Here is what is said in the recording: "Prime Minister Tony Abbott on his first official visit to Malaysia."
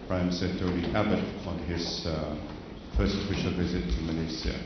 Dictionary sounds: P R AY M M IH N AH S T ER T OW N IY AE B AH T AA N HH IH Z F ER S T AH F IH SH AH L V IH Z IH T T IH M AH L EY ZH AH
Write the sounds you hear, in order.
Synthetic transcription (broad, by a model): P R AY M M S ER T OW L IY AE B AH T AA N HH IH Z F ER S T AH F IH SH AH L V IH Z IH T T IH M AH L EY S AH